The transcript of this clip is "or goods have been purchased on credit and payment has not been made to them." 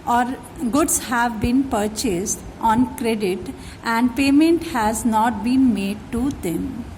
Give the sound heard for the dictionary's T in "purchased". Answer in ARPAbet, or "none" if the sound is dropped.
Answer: T